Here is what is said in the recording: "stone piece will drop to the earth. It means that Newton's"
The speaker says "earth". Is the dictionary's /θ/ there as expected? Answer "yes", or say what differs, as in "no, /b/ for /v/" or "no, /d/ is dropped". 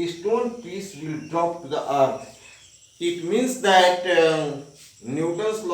no, /t/ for /θ/